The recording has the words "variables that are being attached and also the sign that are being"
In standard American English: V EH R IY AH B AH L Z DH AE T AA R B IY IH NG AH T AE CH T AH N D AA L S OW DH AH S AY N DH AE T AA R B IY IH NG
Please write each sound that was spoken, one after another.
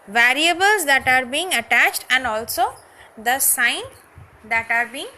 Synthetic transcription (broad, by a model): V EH R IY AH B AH L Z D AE T AA R B IY IH NG AH T AE CH T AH N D AA L S OW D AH S AY N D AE T AA R B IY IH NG